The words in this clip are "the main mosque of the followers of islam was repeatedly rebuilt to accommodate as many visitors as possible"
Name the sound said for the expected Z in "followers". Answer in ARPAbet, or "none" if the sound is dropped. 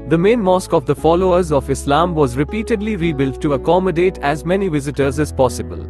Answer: Z